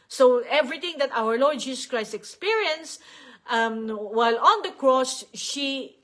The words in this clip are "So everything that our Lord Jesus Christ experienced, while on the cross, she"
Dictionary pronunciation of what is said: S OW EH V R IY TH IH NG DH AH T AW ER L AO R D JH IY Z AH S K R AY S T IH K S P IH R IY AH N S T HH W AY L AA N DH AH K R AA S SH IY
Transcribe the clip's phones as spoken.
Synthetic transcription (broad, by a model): S OW EH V R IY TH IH NG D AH T AW ER L AO R D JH IY S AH S K R AY S T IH K S P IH R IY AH N S T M W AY L AA N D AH K R AA S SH IY